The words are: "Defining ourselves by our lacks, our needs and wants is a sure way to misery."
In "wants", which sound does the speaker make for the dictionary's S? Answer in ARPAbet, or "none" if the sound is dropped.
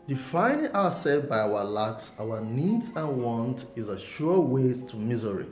none